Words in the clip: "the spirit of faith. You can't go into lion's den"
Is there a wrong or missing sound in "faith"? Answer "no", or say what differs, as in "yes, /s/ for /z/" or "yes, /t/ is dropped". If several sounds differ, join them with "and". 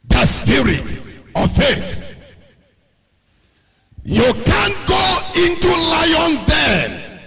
yes, /s/ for /θ/